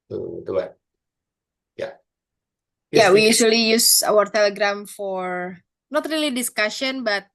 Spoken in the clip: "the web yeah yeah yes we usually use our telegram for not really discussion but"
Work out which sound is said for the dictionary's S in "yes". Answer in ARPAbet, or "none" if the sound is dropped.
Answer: none